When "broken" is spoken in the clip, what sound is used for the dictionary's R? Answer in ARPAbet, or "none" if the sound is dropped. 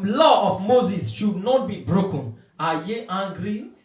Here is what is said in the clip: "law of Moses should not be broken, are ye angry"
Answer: R